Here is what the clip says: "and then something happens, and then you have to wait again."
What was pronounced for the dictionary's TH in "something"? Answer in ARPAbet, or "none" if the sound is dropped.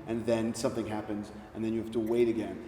TH